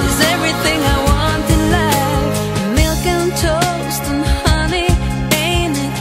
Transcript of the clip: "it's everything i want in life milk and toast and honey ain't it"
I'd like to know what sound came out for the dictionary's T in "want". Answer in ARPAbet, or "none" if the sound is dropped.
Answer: T